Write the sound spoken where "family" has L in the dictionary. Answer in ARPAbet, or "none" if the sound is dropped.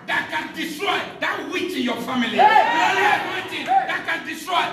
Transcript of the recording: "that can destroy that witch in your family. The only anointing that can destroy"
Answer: none